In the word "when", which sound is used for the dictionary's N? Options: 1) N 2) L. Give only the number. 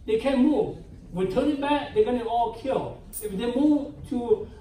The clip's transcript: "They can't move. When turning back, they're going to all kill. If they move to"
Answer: 2